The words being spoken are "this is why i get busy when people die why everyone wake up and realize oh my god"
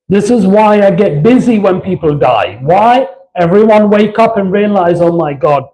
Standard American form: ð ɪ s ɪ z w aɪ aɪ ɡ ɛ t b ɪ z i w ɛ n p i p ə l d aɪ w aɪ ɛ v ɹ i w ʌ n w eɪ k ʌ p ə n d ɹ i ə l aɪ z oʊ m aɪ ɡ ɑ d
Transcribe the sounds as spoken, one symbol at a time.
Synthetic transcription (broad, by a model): ð ɪ s ɪ z w aɪ aɪ ɡ ɛ t b ɪ z i w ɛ n p i p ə l d aɪ w aɪ ɛ v ɹ i w ʌ n w eɪ k ʌ p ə n ɹ i ə l aɪ z oʊ m aɪ ɡ ɑ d